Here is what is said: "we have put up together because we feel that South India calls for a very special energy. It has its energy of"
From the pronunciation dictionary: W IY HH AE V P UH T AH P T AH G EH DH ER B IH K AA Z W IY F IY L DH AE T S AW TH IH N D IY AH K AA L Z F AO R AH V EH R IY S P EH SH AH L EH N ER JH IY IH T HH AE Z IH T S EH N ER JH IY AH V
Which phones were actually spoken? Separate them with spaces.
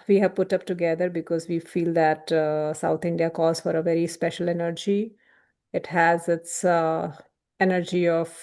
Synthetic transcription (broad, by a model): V IY HH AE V P UH T AH P T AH G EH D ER B IH K AA Z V IY F IY L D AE T S AW T IH N D IY AH K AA Z F AO R AH V EH R IY S P EH SH AH L EH N ER JH IY IH T HH AE Z IH T S EH N ER JH IY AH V